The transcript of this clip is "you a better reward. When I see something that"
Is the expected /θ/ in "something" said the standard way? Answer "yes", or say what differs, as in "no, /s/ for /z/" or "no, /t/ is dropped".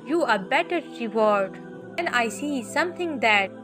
no, /t/ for /θ/